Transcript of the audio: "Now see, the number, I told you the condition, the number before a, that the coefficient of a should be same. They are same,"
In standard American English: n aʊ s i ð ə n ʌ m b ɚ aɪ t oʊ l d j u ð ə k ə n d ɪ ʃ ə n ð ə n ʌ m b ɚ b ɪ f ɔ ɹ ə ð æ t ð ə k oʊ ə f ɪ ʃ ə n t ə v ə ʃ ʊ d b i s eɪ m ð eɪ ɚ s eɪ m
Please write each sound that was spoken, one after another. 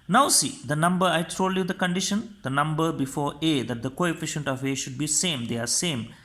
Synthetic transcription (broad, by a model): n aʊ s i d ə n ʌ m b ɚ aɪ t oʊ l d j u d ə k ə n d ɪ ʃ ə n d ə n ʌ m b ɚ b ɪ f ɔ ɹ ə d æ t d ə k oʊ ə f ɪ ʃ ə n t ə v ə ʃ ʊ d b i s eɪ m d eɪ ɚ s eɪ m